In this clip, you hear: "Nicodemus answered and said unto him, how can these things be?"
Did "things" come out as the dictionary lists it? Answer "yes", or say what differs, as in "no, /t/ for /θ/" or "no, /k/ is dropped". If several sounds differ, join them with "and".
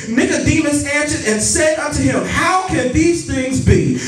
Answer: yes